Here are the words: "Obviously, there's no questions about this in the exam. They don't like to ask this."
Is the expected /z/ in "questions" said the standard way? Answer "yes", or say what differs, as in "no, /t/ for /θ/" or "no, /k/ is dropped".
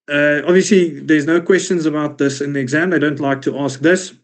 yes